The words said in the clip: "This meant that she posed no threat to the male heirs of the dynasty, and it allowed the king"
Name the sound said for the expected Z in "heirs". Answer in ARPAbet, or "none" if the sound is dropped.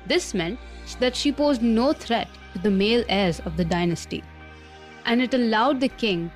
Z